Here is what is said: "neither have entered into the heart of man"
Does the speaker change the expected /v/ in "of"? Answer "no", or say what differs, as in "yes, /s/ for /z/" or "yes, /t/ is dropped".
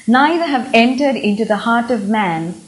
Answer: no